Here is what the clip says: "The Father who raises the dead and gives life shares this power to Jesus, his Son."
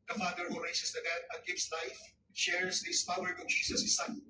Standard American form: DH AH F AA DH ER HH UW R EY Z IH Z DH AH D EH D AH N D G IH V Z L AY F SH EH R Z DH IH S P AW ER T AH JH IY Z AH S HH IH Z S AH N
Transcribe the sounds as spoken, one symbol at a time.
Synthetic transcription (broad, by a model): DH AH F AA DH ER HH UW R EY S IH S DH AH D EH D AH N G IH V S L AY F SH EH R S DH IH S P AW ER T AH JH IY S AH S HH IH S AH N